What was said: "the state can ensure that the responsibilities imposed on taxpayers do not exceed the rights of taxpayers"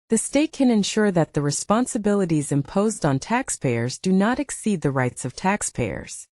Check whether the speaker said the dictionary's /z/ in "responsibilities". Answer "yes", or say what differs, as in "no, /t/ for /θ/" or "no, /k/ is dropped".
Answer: yes